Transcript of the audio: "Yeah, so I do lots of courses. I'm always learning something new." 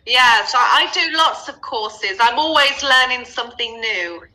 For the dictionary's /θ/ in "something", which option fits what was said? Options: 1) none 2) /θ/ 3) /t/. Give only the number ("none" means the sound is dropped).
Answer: 2